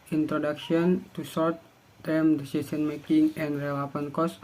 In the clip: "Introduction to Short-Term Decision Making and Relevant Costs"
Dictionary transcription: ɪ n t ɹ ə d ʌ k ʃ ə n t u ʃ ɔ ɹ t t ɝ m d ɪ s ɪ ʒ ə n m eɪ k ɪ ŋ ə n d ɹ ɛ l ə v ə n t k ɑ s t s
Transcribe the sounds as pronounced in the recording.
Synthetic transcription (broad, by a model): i n t ɹ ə d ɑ k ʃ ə n t u s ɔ ɹ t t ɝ m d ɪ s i s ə n m eɪ k ɪ ŋ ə n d ɹ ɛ l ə p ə n k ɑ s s